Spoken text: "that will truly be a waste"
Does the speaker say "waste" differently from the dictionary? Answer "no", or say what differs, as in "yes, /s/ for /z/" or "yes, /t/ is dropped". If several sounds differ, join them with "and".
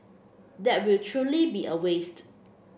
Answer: no